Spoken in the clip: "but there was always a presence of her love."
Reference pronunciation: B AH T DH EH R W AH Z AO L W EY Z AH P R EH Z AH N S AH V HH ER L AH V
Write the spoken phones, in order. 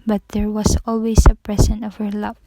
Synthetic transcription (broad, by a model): B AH T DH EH R W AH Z AO L W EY S AH P R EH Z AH N AH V HH ER L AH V